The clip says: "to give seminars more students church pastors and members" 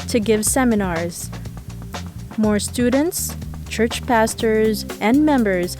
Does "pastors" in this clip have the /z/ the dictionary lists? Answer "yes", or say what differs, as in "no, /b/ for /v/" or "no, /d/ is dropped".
yes